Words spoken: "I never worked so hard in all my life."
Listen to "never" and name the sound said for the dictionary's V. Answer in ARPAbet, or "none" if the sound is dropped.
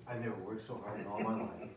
none